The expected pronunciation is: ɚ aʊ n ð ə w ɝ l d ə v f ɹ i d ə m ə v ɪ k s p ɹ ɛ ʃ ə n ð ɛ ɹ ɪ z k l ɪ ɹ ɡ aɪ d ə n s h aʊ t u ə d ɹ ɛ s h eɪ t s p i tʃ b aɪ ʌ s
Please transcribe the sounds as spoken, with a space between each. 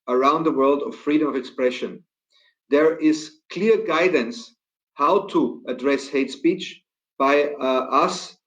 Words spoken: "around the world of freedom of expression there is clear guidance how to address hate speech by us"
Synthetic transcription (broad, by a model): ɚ aʊ n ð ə w ɝ l d ə v f ɹ i d ə m ə v ɪ k s p ɹ ɛ ʃ ə n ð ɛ ɹ ɪ z k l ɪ ɹ ɡ aɪ d ə n s h aʊ t u ə d ɹ ɛ s h eɪ t s p i tʃ b aɪ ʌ s